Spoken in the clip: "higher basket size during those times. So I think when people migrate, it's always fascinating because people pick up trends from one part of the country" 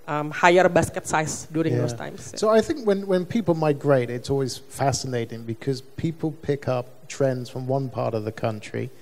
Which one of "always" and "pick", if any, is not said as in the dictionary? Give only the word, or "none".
none